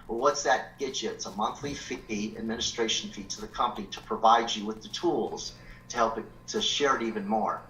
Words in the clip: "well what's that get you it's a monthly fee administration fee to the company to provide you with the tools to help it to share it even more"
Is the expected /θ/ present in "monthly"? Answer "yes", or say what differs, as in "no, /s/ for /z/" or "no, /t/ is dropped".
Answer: yes